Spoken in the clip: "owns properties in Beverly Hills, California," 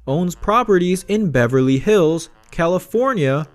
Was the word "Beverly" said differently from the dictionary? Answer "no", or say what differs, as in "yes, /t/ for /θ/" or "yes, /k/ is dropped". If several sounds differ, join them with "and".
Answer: no